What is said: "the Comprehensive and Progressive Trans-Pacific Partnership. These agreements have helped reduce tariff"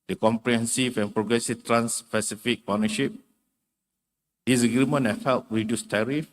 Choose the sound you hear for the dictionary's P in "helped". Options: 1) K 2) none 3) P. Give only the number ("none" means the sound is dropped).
2